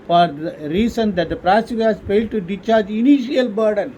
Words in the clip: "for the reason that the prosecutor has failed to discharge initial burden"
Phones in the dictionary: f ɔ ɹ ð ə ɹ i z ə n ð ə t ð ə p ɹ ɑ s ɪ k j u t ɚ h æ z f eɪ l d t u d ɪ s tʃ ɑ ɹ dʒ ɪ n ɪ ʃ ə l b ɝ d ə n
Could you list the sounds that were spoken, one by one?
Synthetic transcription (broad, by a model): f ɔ ɹ ɹ i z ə n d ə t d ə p ɹ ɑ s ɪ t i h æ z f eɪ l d t u d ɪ tʃ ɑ ɹ dʒ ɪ n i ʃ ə l b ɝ d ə n